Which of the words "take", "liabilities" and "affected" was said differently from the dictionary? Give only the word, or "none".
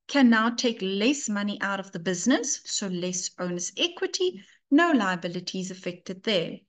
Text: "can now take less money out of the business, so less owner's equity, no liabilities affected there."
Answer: none